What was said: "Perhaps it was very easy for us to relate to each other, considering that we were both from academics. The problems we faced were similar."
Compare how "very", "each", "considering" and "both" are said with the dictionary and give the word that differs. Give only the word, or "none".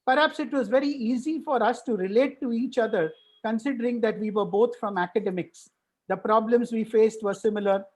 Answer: both